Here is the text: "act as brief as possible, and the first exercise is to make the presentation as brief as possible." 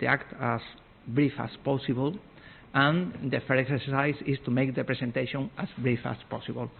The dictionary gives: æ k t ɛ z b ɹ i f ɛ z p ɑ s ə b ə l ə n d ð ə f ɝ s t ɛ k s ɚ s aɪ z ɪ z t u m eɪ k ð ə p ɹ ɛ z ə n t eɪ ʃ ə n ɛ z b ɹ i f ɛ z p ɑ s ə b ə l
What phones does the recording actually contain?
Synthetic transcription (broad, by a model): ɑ k t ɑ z b ɹ i f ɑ s p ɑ s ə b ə l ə n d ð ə f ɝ t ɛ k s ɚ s aɪ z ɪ s t u m eɪ k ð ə p ɹ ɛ s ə n t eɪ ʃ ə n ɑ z b ɹ i f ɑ s p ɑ s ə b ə l